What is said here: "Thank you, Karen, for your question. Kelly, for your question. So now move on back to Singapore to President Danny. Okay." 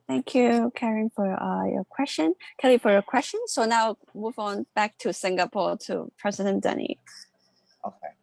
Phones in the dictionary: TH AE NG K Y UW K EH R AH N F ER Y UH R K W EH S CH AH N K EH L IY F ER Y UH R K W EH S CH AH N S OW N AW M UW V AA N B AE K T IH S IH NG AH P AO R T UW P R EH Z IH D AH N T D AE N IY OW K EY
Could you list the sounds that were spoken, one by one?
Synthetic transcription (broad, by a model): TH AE NG K Y UW K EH R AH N F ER Y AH R K W EH S CH AH N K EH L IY F ER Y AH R K W EH S CH AH N S OW N AW M UW V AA N B AE K T IH S IH NG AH P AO R T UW P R EH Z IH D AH N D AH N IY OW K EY